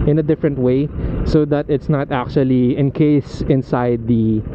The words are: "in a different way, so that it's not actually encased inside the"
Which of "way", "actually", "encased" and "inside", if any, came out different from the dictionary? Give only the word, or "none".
encased